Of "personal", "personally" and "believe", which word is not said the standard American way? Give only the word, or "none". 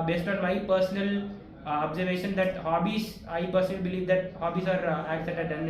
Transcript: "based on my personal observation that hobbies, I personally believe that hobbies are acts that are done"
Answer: none